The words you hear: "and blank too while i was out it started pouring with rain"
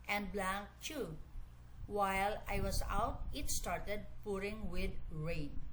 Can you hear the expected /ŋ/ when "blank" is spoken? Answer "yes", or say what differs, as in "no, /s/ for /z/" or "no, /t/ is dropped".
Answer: no, /ŋ/ is dropped